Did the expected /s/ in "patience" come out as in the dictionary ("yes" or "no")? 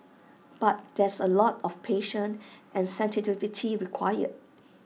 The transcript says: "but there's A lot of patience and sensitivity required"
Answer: no